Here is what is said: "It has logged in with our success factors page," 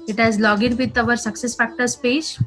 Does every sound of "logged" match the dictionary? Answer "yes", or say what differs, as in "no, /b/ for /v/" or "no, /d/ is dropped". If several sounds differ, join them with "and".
no, /d/ is dropped